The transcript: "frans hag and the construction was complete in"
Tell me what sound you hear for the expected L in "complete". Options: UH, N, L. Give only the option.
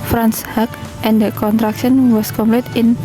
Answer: L